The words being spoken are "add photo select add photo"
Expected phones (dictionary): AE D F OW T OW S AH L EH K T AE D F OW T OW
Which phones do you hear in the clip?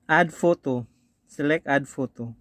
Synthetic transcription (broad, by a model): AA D F OW T OW S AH L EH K AA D F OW T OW